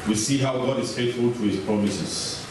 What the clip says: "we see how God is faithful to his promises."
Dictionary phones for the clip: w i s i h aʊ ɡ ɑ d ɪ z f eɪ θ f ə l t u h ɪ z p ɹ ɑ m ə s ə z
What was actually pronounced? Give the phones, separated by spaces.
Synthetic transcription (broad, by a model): w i s i h aʊ ɡ ɑ d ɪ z f eɪ θ f ə l t u h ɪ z p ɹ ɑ m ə s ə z